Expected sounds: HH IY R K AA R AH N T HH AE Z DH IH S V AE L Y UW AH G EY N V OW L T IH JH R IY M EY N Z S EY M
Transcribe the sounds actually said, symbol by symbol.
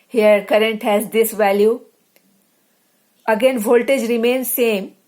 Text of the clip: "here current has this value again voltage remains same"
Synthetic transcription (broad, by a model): HH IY R K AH R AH N T HH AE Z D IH S V AE L Y UW AH G EY N V OW L T IH JH R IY M EY N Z S EY M